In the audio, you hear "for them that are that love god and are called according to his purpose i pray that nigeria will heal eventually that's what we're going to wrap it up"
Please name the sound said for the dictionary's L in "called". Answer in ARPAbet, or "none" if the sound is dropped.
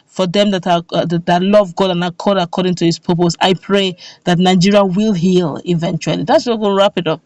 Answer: none